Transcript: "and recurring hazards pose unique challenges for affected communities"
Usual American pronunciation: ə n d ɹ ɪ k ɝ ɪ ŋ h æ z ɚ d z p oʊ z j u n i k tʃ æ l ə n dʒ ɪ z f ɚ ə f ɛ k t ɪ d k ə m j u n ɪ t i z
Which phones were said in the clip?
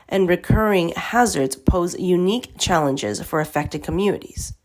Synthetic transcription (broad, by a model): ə n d ɹ ɪ k ɝ ɪ ŋ h æ z ɚ d z p oʊ z j u n i k tʃ æ l ə n dʒ ɪ z f ɚ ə f ɛ k t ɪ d k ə m j u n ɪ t i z